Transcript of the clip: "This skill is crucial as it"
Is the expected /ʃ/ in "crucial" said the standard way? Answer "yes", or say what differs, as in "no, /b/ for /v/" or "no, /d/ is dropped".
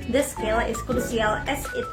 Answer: no, /s/ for /ʃ/